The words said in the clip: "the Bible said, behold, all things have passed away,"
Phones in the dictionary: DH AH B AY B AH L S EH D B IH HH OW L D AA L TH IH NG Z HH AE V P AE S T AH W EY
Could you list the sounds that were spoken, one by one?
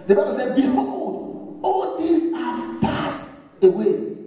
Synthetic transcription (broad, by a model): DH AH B AY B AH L S EH D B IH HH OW D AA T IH Z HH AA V P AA S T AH W EY